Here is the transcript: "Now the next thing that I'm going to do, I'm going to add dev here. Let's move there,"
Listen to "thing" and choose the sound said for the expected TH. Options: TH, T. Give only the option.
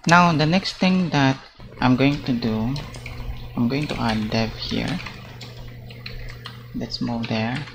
T